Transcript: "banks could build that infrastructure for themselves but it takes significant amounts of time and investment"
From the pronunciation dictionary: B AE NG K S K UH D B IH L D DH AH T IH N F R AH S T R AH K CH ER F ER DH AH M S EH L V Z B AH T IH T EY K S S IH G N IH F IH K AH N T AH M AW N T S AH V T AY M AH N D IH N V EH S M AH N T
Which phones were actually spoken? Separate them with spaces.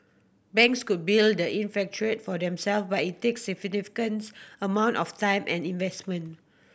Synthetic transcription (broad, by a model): B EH NG K S K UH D B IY L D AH T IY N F AH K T R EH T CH F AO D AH M S EH L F B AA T IH T EY K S S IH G N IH F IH K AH N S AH M AW N T AH F T AY M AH N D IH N V EH S M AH N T